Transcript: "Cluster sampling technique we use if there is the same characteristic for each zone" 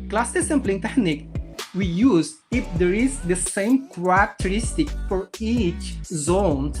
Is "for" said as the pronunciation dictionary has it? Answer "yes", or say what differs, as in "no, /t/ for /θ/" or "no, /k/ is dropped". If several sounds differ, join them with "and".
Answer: yes